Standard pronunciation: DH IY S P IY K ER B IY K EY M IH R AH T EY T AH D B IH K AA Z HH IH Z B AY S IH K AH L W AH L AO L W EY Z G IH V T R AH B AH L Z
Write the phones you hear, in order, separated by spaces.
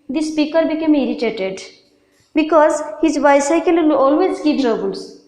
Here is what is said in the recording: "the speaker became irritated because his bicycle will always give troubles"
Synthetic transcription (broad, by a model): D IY S P IY K ER B IY K EY M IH R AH T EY T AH D B IH K AA Z HH IH Z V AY S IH AH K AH L AO L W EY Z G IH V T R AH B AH L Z